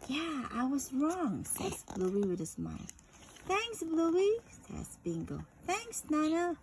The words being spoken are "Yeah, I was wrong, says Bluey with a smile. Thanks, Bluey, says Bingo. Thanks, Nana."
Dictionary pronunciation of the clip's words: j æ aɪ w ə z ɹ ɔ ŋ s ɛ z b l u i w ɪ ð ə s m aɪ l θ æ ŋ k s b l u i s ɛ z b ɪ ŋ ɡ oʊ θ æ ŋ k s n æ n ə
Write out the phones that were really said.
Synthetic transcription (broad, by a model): j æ aɪ w ə z ɹ ɔ ŋ s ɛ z b l u i w ɪ ð ə s m aɪ l θ æ ŋ k s b l u i s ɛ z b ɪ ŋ ɡ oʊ θ æ ŋ k s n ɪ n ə